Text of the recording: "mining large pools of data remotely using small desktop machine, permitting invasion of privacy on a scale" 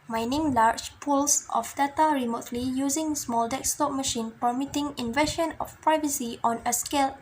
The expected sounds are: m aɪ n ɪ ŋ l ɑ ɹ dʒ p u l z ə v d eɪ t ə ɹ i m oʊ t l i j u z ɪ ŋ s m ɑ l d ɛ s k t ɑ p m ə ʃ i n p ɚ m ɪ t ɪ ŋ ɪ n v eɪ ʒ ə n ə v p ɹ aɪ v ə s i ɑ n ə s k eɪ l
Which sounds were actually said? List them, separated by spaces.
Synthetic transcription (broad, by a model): m aɪ n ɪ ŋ l ɑ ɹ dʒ p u l s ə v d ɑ t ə ɹ i m oʊ t l i j u z ɪ ŋ s m ɑ l d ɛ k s t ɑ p m ə ʃ i n p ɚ m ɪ t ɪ ŋ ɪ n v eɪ ʃ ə n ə f p ɹ aɪ v ə s i ɑ n ə s k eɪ l